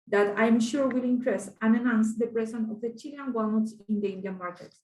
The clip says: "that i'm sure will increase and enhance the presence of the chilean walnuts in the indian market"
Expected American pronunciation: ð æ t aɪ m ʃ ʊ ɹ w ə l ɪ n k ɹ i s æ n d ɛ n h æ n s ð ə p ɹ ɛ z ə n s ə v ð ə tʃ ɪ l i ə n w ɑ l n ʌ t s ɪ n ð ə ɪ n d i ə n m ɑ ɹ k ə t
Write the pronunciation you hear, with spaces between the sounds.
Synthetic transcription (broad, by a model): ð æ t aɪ m ʃ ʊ ɹ w ə l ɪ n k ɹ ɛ s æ n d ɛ n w n s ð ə p ɹ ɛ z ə n ə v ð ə tʃ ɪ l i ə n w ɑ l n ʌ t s ɪ n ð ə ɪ n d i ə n m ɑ ɹ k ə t